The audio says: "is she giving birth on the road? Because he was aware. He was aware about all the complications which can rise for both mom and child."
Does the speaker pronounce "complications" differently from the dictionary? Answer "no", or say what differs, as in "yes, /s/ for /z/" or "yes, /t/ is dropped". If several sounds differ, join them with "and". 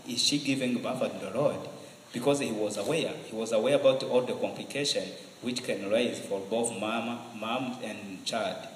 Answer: yes, /z/ is dropped